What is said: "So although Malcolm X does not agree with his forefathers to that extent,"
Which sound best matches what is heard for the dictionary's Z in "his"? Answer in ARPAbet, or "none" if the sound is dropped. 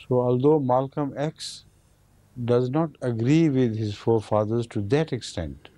Z